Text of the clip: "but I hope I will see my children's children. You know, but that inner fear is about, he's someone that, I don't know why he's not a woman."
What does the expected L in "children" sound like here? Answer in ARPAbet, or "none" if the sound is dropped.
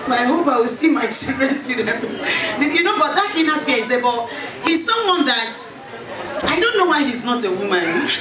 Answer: none